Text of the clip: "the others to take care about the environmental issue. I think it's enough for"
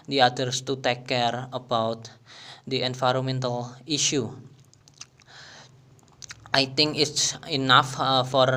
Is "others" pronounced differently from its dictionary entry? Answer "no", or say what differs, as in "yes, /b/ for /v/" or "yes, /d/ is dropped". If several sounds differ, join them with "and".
yes, /s/ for /z/